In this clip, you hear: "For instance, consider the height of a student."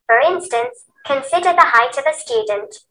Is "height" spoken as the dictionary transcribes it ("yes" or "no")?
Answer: yes